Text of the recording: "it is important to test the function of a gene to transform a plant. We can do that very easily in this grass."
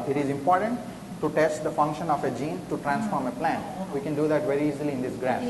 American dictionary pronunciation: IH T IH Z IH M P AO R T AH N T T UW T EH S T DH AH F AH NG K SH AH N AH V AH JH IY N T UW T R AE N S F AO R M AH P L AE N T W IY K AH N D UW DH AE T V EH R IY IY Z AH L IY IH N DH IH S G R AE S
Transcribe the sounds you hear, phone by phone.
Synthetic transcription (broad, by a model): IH T IH Z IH M P AO R T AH N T T UW T EH S T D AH F AH NG K SH AH N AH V AH JH IY N T UW T R AE N S F AO R M AH P L AE N T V IY K AH N D UW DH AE T V EH R IY IY Z AH L IY IH N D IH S G R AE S